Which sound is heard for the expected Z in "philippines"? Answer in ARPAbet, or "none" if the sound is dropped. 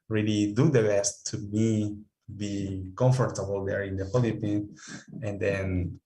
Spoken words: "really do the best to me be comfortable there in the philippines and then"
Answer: none